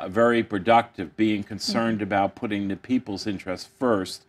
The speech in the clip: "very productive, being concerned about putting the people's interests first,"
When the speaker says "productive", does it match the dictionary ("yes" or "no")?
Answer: yes